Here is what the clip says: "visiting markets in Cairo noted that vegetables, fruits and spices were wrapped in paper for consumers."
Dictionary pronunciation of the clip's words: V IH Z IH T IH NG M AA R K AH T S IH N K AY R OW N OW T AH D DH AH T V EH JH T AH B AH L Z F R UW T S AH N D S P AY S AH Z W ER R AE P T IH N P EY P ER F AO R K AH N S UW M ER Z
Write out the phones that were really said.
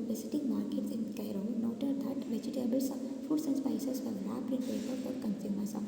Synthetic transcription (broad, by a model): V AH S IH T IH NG M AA R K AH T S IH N K AY R OW N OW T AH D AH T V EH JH T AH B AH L S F UW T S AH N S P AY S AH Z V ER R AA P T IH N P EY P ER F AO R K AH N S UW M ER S